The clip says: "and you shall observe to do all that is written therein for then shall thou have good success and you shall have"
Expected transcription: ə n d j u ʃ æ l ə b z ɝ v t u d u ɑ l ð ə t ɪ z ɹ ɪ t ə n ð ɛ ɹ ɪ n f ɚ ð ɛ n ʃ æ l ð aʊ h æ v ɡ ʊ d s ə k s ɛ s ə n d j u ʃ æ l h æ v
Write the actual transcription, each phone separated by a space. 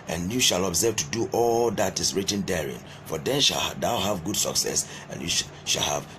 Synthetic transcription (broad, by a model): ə n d j u ʃ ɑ l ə b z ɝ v t u d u ɑ l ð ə t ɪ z ɹ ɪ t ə n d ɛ ɹ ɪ n f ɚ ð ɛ n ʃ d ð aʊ h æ v ɡ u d s ə k s ɛ s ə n j u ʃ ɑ l h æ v